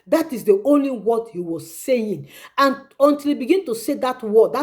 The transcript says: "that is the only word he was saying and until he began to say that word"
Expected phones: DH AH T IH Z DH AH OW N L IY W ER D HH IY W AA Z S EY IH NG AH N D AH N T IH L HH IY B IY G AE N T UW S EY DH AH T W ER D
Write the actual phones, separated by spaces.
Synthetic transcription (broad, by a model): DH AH T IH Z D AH OW N L IY W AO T HH IY W AA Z S EY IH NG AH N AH N T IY L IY B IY G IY N T UW S EY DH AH T W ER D